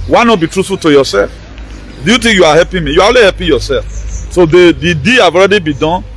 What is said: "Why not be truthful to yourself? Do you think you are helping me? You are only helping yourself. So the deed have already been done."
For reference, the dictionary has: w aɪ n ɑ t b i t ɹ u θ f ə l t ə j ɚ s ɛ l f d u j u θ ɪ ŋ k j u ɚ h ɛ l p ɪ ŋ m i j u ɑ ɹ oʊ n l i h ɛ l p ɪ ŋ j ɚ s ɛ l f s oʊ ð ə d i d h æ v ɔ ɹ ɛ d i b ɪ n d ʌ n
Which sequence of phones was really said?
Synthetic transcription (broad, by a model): w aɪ n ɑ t b i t ɹ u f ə t ə j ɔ s ɛ l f d u j u t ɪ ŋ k j u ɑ h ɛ p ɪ m i j u ɑ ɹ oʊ l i h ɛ p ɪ j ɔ s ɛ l f s oʊ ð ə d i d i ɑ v ɔ ɹ ɛ d i b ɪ d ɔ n